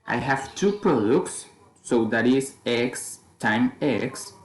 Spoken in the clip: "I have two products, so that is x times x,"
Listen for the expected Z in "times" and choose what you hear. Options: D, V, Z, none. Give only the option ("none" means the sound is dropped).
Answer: none